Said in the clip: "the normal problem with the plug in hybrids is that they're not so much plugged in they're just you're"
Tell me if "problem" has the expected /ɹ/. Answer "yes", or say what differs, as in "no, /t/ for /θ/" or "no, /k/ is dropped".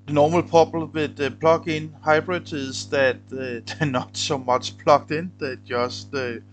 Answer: no, /ɹ/ is dropped